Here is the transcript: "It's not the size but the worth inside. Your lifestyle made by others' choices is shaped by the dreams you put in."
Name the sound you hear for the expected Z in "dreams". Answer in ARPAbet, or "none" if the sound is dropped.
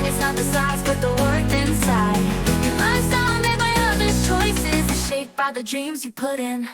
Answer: Z